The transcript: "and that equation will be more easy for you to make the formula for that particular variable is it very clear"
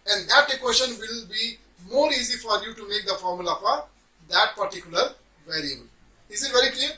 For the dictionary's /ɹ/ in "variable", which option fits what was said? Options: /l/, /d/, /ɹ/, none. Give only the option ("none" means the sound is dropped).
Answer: /ɹ/